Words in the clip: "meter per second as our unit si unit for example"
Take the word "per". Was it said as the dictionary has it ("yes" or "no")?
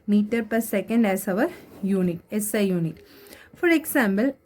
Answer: yes